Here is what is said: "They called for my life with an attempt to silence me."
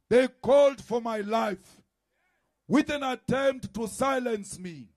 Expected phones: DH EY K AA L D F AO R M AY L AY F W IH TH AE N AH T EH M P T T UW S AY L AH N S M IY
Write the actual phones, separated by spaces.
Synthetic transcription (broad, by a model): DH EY K AA L D F AO R M AY L AY F W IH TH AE N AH T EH M P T T UW S AY L AH N S M IY